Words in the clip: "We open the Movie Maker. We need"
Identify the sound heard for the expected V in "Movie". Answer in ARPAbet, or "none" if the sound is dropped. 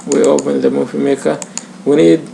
F